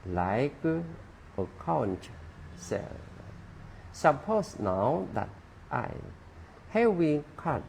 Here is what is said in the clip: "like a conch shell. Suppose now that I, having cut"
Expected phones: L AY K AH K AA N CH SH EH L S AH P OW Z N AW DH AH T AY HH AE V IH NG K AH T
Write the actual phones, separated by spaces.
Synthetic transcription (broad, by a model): L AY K AH K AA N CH S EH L S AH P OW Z N AW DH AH T AY HH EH W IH K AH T